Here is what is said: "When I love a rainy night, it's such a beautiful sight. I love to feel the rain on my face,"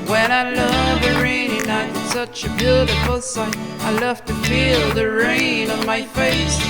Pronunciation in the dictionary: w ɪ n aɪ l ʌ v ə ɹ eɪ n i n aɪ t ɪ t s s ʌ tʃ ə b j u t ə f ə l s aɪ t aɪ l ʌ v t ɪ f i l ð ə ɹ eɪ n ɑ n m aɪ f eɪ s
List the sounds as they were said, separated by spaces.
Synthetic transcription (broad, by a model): w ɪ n aɪ l ʌ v ə ɹ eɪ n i n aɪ ɪ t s s ʌ tʃ ə b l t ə f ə l s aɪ aɪ l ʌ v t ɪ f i l ð ə ɹ eɪ n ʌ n m aɪ f eɪ s